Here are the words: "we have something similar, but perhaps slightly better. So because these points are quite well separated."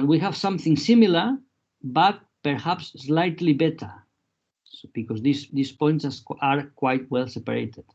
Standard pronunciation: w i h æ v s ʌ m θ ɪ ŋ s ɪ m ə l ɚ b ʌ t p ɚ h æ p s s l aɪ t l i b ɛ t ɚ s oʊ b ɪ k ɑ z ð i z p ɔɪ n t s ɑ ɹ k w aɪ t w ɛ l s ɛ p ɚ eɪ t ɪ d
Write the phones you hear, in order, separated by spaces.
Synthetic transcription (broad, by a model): w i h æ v s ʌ m θ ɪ ŋ s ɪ m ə l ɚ b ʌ t p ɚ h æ p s s l aɪ t l i b ɛ t ɚ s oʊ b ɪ k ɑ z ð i s p ɔɪ n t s ɑ ɹ k w aɪ t w ɛ l s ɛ p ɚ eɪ t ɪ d